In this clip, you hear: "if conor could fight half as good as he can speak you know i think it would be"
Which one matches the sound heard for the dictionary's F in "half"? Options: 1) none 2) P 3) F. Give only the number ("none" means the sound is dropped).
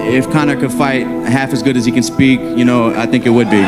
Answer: 3